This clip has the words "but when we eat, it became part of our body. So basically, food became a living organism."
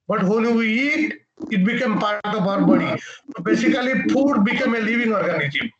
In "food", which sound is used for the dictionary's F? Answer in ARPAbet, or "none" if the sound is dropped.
P